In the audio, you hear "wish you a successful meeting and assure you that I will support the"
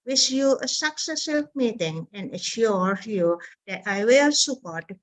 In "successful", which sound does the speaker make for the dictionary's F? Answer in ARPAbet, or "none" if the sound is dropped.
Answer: none